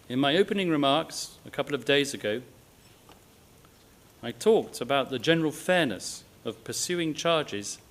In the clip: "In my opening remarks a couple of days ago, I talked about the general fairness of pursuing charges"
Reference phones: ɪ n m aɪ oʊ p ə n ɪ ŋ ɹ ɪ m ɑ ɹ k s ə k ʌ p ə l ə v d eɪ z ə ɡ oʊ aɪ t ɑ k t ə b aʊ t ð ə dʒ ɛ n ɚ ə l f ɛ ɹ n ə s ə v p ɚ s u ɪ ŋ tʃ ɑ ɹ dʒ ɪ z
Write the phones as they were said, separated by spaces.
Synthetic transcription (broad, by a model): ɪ n m aɪ oʊ p ə n ɪ ŋ ɹ ɪ m ɑ ɹ k s ə k ʌ p l ə v d eɪ z ə ɡ oʊ aɪ t ɑ k t ə b aʊ t ð ə dʒ ɛ n ɚ ə l f ɛ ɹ n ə s ə v p ɚ s u ɪ ŋ tʃ ɑ ɹ dʒ ɪ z